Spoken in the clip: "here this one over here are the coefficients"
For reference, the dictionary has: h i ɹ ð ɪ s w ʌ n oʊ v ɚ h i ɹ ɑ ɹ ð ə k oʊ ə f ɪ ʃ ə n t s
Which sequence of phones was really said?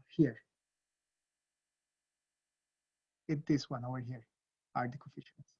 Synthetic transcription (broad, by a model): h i ɹ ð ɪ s w ʌ n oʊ ɚ h i ɹ ɑ ɹ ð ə k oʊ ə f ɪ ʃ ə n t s